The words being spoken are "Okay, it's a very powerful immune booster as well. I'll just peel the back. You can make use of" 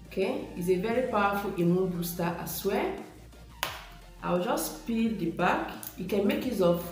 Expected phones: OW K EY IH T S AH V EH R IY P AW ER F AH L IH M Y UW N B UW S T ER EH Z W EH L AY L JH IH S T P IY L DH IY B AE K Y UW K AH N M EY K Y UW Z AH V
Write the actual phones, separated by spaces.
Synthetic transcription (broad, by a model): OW K EY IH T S AH V EH R IY P AW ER F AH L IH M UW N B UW S T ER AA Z W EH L AY W JH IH S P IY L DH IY B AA K Y UW K AH N M EY K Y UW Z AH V